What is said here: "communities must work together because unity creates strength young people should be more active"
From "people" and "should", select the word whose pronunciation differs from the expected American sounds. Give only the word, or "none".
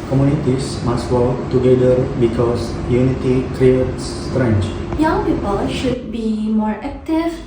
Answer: none